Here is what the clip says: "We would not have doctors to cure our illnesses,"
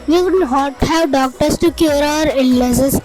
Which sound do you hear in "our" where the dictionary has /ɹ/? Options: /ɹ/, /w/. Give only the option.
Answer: /ɹ/